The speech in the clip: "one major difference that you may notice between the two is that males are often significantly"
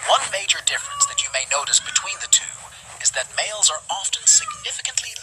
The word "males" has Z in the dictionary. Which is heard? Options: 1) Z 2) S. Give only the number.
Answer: 1